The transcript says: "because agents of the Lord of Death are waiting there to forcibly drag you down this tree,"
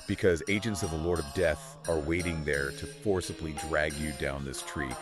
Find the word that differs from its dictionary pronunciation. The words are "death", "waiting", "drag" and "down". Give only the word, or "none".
none